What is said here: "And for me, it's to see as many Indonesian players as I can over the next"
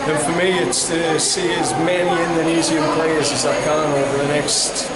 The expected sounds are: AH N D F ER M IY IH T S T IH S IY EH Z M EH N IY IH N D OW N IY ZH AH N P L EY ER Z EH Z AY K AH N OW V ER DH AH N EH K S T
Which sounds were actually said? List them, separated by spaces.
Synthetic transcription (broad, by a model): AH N F ER M IY IH T S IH S IY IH Z M EH N IY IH N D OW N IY Z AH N P L EY ER Z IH Z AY K AH N OW V ER DH AH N EH K S T